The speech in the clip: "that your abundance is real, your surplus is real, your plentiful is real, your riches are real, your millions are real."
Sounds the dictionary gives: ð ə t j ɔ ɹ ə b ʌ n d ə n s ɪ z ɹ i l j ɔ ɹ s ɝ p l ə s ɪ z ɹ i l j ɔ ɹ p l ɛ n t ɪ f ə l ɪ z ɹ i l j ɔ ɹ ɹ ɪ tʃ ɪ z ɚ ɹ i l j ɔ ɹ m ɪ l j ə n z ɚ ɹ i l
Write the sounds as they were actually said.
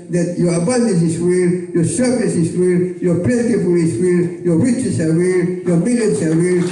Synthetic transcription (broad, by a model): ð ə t j ɔ ɹ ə b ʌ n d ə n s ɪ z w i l j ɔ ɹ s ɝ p n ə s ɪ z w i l j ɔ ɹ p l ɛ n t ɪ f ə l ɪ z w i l j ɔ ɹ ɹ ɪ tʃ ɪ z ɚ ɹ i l j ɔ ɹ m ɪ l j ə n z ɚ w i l